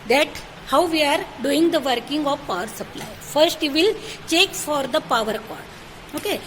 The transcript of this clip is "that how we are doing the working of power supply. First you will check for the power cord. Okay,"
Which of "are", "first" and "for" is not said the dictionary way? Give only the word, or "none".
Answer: none